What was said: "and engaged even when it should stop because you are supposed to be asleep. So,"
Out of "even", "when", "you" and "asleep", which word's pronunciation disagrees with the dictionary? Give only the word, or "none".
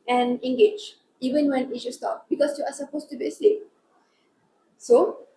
asleep